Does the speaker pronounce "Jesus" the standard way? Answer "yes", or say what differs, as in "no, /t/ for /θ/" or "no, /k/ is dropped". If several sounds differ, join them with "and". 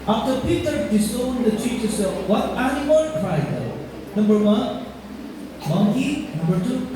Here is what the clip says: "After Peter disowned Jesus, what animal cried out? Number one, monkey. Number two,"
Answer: no, /tʃ/ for /dʒ/